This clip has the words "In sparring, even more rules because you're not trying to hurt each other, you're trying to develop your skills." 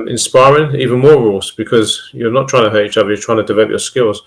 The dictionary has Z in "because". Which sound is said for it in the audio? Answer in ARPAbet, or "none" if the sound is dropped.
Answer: Z